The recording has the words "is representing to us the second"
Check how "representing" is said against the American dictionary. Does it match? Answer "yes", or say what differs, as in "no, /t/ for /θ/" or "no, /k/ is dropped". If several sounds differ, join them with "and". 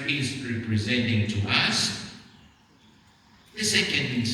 yes